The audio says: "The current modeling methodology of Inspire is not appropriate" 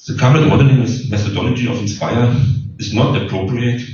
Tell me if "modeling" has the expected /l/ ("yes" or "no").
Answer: no